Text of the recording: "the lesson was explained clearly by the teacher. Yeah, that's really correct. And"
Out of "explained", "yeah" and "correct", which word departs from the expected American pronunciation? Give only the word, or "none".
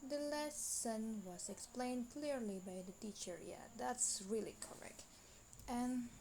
none